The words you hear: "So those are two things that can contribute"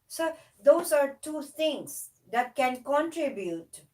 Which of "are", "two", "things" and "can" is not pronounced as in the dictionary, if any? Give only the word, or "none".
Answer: things